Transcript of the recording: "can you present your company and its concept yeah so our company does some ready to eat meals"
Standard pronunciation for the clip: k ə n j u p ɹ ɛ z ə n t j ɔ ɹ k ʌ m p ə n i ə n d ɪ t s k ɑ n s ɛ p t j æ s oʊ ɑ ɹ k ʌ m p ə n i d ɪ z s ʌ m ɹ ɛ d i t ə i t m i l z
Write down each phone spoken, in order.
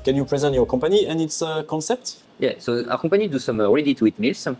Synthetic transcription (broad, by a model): k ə n j u p ɹ ɛ z ə n t j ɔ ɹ k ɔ p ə n i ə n ɪ t s k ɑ s ɛ p t j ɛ s oʊ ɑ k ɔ p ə n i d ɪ s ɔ m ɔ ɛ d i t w i t m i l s